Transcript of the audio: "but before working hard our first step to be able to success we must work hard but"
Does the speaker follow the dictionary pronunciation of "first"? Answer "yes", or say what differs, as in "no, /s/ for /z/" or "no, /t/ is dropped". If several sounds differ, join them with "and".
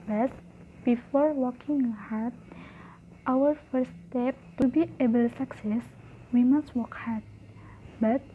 no, /s/ is dropped